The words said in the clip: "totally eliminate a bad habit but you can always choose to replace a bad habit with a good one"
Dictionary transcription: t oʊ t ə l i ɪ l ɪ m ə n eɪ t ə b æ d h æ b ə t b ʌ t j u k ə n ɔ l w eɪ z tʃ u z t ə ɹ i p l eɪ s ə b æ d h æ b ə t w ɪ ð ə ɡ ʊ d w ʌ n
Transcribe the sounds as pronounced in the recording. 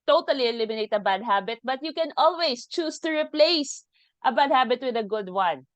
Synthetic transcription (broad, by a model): t oʊ t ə l i ɪ l ɪ m ə n eɪ t ə b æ d h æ b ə t b ʌ t j u k ə n ɔ l w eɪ s tʃ u s t ə ɹ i p l eɪ s ə b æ d h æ b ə t w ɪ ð ə ɡ ʊ d w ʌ n